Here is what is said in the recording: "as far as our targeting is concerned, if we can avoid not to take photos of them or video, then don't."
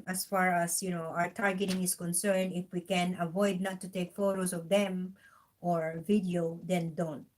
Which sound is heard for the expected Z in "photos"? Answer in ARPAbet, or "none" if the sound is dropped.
S